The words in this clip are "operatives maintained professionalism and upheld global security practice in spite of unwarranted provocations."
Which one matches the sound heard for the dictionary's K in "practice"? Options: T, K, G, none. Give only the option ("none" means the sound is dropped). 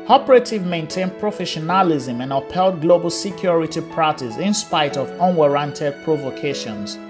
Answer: none